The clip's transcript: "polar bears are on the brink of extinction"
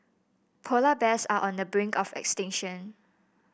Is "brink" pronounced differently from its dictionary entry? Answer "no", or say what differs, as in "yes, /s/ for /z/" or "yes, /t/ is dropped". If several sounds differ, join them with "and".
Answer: no